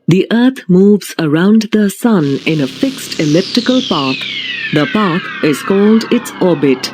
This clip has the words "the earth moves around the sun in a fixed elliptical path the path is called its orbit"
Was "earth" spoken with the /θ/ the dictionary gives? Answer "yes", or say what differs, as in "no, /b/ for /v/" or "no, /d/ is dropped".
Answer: no, /t/ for /θ/